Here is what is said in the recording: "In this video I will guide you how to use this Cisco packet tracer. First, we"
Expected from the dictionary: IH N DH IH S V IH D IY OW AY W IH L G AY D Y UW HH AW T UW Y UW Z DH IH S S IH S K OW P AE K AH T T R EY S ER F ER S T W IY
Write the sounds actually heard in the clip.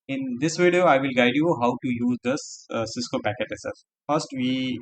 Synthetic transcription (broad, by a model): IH N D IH S V IH D IY OW AY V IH L G AY D Y UW HH AW T UW Y UW Z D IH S S IH S K OW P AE K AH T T EY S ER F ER S T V IY